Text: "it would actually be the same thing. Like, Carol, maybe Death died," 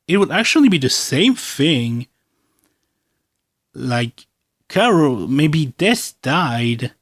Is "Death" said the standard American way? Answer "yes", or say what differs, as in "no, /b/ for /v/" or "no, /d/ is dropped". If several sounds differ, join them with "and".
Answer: no, /s/ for /θ/